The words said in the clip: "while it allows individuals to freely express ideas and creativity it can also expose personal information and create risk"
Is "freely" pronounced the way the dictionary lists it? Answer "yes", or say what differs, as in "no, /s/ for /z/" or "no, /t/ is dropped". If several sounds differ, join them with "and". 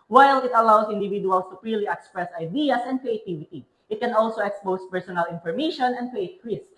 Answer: no, /p/ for /f/